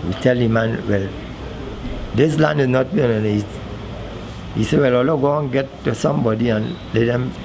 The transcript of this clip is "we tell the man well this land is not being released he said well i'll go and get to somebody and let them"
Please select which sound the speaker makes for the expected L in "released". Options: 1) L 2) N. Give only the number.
2